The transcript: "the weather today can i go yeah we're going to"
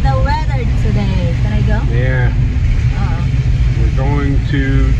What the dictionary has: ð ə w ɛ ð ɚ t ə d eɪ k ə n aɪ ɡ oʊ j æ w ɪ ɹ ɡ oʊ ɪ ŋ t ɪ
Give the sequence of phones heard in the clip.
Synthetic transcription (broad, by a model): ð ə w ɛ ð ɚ s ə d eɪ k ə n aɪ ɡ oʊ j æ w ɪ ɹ ɡ oʊ ɪ ŋ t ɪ